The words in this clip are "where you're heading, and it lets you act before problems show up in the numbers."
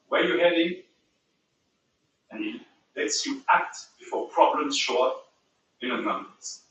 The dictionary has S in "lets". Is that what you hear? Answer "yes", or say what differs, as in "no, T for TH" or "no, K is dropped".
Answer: yes